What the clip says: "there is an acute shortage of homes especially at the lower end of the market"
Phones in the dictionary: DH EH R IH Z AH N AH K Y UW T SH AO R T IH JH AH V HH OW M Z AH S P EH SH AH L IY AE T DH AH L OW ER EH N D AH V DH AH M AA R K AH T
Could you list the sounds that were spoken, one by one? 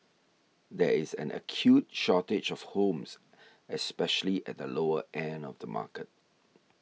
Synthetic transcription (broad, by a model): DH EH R IH Z AH N AH K Y UW T SH AO T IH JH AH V HH OW M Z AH S P EH SH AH L IY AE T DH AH L OW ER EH N AH V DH AH M AA K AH T